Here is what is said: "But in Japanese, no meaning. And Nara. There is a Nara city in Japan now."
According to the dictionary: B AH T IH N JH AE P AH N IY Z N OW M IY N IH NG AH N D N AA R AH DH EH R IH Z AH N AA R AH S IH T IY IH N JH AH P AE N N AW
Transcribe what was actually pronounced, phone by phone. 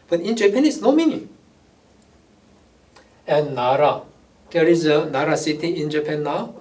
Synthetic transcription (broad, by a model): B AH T IH N JH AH P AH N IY S N OW M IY N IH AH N N AA R AH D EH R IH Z AH N AA R AH S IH T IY IH N JH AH P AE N N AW